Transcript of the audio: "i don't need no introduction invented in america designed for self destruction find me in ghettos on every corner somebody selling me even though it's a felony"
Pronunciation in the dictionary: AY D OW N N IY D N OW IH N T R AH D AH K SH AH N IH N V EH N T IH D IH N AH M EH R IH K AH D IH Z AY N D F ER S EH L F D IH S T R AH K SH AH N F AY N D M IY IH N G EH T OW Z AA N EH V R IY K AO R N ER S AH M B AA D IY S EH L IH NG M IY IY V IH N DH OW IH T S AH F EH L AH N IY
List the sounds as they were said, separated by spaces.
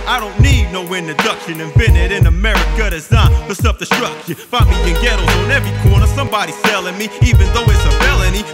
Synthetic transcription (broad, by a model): AY D OW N N IY D N OW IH N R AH D AH K SH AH N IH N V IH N IH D IH N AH M EH R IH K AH D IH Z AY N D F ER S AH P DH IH S T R AH K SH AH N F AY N M IY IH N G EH T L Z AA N EH V R IY K AO R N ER S AH M B AA D IY S EH L IH NG M IY IY V IH N DH OW IH T S AH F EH L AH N IY